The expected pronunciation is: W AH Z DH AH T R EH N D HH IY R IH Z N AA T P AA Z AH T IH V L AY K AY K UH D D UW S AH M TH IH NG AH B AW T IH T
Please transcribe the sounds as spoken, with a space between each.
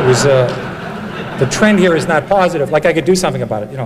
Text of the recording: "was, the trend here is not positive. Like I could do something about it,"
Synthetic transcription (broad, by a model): W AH Z DH AH T R EH N D HH IY R IH Z N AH T P AA Z AH T IH V L AY K AY K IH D D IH S AH M TH IH NG AH B AW T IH T